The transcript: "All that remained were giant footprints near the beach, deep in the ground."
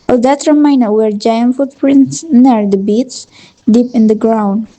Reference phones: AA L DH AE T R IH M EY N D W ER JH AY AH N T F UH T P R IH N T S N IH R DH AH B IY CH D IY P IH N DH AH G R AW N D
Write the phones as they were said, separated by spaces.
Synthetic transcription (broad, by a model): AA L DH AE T R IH M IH N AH W ER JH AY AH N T F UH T P R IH N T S N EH R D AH B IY S D IY P IH N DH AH G R AW N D